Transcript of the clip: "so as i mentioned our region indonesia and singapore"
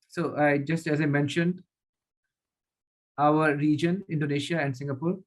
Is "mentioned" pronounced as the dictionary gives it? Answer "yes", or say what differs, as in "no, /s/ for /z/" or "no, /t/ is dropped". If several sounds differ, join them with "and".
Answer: yes